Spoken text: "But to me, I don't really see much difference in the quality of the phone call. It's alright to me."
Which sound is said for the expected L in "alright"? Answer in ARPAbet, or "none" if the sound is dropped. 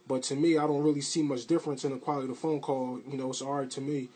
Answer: none